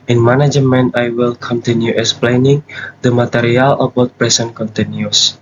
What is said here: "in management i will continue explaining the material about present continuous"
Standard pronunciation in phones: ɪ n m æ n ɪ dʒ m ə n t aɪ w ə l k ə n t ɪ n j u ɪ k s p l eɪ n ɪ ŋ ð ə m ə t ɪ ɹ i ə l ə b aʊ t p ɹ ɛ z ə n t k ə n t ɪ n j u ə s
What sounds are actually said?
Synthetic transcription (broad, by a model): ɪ n m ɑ n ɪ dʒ m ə n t aɪ w ə l k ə n t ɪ n j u ɪ k s p l eɪ n ɪ ŋ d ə m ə t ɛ ɹ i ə l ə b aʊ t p ɹ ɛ s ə n k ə n t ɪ n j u s